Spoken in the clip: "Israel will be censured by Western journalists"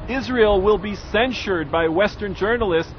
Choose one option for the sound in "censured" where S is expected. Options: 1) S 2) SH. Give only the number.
1